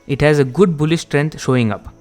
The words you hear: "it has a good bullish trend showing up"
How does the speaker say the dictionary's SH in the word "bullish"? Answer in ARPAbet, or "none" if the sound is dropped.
S